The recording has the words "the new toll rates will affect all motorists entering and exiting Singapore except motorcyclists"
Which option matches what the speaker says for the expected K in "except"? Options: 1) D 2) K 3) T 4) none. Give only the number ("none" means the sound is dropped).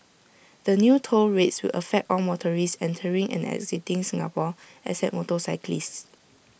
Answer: 4